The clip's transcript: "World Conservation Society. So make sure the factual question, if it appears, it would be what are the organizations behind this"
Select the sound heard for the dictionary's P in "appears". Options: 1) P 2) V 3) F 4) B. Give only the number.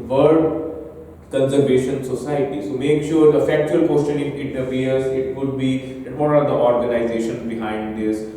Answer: 3